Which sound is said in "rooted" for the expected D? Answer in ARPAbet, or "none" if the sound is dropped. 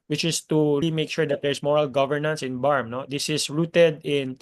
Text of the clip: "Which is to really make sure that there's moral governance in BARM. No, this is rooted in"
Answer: D